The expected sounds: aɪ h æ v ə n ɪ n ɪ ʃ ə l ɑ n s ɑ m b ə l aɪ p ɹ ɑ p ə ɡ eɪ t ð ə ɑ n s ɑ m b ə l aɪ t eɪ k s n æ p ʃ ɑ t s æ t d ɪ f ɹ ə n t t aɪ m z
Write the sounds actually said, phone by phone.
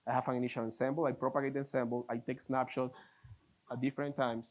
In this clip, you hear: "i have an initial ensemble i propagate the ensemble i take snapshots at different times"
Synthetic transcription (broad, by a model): aɪ h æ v ə n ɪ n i ʃ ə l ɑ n s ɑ m b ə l aɪ p ɹ ɑ p ə ɡ eɪ t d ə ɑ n s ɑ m b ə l aɪ t eɪ k s n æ p ʃ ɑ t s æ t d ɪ f ɹ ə n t t aɪ m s